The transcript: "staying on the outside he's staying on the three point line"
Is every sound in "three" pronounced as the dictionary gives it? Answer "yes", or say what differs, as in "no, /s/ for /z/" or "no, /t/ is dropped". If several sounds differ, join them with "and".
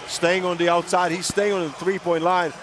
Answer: yes